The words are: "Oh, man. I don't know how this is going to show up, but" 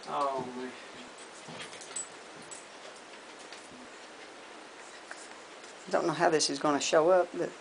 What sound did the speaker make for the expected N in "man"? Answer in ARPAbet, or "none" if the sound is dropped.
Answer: none